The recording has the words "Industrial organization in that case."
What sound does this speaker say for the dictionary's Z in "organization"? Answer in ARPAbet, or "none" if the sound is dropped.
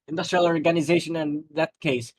Z